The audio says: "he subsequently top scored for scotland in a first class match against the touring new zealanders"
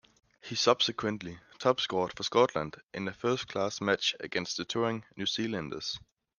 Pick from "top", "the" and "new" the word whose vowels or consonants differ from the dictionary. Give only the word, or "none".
top